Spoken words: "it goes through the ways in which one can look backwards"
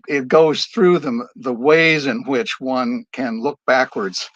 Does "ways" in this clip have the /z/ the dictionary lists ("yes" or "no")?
yes